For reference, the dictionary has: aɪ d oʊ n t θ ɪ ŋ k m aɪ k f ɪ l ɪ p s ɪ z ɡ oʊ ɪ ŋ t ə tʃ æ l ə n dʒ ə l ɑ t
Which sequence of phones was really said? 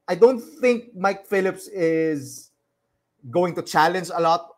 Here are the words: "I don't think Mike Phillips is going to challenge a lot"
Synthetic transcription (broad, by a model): aɪ d oʊ n t θ ɪ ŋ k m aɪ k f ɪ l ɪ p s ɪ z ɡ oʊ ɪ ŋ t ə tʃ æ l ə n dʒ ə l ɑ t